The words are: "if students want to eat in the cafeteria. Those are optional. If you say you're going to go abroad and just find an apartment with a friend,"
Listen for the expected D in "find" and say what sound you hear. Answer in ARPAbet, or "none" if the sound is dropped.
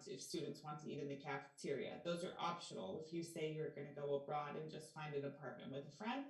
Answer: D